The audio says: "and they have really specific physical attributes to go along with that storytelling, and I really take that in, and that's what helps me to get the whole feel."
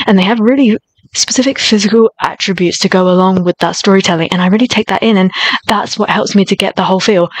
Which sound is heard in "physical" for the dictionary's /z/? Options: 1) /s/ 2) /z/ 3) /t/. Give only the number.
2